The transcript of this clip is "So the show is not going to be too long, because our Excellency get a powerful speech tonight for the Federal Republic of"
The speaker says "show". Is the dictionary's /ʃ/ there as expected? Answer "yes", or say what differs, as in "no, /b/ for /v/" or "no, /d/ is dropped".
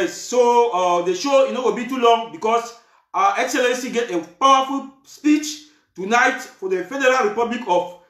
yes